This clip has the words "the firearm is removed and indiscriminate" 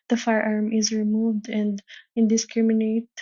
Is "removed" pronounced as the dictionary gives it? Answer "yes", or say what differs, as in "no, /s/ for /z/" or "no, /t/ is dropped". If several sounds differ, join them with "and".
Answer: yes